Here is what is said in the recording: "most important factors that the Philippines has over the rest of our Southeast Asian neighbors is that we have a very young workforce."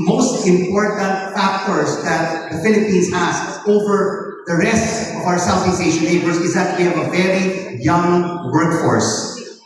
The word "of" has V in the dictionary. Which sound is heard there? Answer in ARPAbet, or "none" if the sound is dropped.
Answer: V